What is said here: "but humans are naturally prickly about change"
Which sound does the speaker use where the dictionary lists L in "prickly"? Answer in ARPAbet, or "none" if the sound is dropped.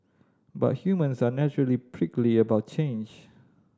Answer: L